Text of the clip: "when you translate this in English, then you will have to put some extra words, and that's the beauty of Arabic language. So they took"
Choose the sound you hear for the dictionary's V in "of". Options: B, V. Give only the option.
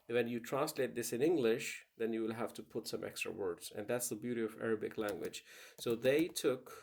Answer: V